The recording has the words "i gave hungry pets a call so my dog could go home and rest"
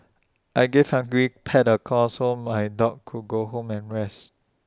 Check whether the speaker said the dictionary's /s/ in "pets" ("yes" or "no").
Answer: no